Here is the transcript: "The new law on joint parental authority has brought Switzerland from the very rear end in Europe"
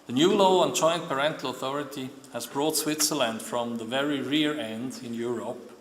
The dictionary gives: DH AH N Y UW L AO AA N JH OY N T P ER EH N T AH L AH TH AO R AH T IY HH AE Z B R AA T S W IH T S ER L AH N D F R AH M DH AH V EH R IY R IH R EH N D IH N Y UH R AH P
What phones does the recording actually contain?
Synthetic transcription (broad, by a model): DH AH N Y UW L AO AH N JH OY N P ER EH N T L AH TH AO R AH T IY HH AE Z B R AA T S W IH T S ER L AH N D F R AH M DH AH V EH R IY R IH R EH N D IH N Y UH R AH P